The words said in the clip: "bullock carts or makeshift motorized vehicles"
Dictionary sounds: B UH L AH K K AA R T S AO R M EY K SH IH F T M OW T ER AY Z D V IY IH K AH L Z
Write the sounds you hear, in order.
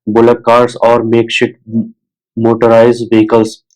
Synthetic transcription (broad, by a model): B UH L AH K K AA R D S AO R M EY K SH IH T M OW T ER AY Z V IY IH K AH L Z